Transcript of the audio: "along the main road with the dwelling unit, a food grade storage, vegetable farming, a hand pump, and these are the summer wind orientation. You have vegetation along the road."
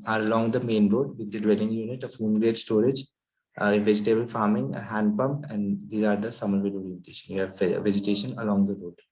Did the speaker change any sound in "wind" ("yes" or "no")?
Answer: yes